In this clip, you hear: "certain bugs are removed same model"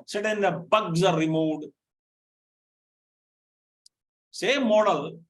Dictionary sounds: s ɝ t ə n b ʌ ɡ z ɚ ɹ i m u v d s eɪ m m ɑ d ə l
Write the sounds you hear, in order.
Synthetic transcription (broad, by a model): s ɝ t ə n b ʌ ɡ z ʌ ɹ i m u d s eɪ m m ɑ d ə l